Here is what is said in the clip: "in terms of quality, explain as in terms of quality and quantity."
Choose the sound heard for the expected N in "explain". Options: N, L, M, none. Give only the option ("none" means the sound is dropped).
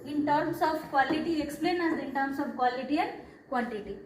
N